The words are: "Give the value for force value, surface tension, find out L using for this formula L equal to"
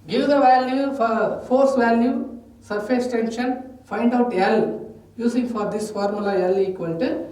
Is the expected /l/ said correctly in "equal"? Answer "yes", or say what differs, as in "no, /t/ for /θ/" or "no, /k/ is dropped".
no, /n/ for /l/